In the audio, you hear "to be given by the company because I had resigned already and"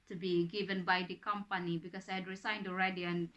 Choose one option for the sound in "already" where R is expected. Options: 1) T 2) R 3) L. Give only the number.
2